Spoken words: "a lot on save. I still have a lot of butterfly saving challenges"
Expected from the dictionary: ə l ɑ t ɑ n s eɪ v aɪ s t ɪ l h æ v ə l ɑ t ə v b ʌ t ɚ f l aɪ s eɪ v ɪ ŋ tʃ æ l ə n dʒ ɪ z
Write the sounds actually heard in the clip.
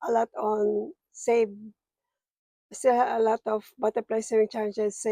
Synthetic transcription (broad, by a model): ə l ɑ t ɑ n s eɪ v s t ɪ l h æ ə l ɑ t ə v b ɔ t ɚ p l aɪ s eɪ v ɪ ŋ tʃ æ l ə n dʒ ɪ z